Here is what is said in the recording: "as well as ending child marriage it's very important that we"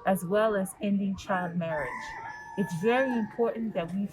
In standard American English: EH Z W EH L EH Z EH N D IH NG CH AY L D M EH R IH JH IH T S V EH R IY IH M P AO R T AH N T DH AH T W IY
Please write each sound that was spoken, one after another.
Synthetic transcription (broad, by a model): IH Z W EH L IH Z EH N D IH NG CH AY L D M EH R IH JH IH T S V EH R IY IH M P AO R T N DH AH T W IY